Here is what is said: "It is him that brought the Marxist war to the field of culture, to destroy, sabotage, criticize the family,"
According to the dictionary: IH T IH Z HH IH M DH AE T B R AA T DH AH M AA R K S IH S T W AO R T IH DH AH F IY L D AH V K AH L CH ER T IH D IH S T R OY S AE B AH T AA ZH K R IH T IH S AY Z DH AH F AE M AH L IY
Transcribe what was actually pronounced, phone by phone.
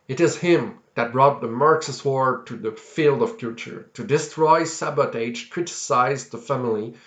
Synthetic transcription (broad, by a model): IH T IH Z HH IH M DH AE T B R AA T DH AH M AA R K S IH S W AO R T IH DH AH F IY L D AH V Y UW CH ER T IH D IH S T R OY S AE B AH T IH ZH K R IH T IH S AY Z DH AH F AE M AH L IY